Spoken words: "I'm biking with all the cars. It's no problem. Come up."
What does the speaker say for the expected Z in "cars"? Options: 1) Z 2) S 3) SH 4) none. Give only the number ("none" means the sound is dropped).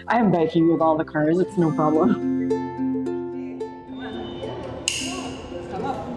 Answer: 1